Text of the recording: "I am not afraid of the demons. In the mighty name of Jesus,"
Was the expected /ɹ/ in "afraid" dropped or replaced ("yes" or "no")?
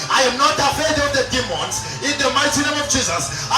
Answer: yes